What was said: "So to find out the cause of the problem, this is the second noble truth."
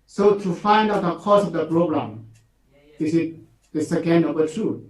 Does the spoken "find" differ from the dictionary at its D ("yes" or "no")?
no